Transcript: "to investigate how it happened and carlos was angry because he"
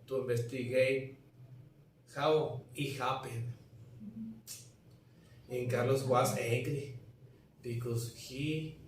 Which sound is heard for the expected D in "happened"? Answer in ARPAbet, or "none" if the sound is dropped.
none